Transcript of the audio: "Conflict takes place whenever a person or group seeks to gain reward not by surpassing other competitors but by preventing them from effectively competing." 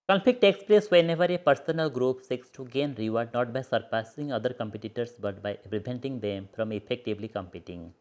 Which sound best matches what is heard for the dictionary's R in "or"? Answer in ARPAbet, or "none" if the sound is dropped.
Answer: L